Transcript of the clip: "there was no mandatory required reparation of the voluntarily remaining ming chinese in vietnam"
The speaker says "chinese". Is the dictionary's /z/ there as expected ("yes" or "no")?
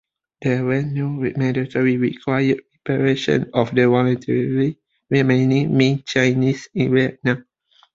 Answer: no